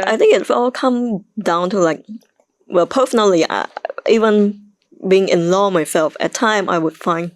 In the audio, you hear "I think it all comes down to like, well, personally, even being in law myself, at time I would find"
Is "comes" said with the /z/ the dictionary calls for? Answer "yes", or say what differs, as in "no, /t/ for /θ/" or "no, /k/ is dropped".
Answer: no, /z/ is dropped